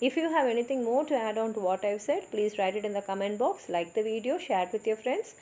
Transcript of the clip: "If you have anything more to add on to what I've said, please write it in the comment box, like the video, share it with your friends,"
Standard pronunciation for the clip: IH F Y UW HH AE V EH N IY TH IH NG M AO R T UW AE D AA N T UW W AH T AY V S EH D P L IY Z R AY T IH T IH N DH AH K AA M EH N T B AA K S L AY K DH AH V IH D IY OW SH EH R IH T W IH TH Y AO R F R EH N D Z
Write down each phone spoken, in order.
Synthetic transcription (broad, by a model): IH F Y UW HH AE V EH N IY T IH NG M AO R T UW AE D AA N T UW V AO T AY V S EH D P L IY Z R AY T IH T IH N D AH K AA M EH N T B AA K S L AY K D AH V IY D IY OW SH EH R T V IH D Y AO R F R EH N D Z